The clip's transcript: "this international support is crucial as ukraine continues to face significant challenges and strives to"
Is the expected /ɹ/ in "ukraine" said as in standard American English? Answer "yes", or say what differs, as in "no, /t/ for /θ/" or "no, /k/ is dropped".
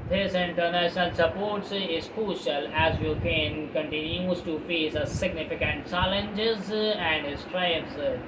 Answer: no, /ɹ/ is dropped